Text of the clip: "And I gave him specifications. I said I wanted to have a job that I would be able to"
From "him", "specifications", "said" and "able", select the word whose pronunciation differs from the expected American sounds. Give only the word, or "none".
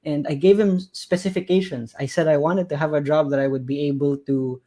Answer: specifications